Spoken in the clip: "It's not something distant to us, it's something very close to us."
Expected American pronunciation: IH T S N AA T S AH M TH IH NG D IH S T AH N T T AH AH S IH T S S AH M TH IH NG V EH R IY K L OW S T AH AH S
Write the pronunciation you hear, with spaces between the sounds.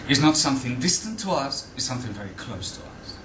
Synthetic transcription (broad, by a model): IH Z N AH T S AH M TH IH NG D IH S T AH N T T AH AH S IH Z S S AH M TH IH NG V EH R IY K L OW S T AH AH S